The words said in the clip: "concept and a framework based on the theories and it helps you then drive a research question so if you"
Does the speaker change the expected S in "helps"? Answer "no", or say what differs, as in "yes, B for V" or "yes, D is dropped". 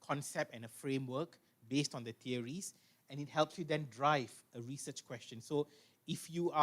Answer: no